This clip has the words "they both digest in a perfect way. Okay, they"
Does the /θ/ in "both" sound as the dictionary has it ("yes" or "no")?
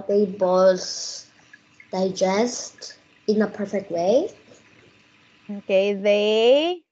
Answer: no